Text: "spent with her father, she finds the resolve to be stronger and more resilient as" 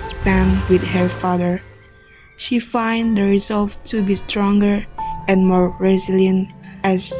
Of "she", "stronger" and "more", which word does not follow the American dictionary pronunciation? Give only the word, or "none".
none